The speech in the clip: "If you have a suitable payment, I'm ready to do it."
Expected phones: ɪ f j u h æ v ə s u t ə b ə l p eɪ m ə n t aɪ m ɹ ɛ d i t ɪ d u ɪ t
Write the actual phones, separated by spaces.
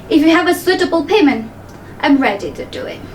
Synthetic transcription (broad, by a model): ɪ f j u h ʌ v ə s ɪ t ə b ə l p eɪ m ə n t aɪ m ɹ ɛ d i t ɪ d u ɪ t